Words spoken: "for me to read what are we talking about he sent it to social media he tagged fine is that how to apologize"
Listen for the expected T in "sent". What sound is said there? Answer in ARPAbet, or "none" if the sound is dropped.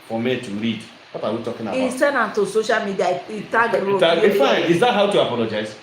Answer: none